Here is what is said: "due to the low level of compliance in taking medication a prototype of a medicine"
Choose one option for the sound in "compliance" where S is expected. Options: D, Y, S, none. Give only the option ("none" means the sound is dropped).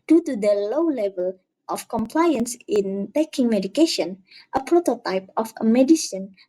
S